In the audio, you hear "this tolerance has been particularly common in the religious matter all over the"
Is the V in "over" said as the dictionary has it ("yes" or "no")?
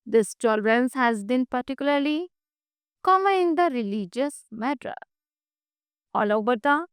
no